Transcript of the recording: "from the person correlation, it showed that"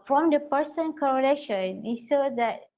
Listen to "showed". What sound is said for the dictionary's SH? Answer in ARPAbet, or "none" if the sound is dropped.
S